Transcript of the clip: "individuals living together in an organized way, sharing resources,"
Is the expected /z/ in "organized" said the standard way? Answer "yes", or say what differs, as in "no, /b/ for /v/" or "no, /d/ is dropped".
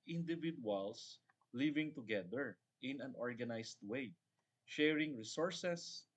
no, /s/ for /z/